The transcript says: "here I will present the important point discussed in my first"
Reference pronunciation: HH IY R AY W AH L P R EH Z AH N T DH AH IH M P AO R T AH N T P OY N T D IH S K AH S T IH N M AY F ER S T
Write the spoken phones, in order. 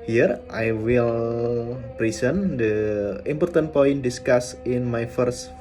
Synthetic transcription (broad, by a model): HH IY R AY W AH L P R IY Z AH N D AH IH M P AO R T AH N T P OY N D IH S K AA S IH N M AY F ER S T